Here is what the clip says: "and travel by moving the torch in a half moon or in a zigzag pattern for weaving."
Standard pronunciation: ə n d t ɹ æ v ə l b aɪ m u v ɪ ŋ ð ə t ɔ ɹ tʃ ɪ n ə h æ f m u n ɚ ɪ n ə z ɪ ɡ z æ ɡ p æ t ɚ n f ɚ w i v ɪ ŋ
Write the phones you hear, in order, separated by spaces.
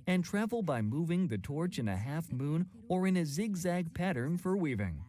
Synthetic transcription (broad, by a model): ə n t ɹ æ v l b aɪ m u v ɪ ŋ ð ə t ɔ ɹ tʃ ɪ n ə h æ f m u n ɚ ɪ n ə z ɪ ɡ z æ ɡ p æ t ɚ n f ɚ w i v ɪ ŋ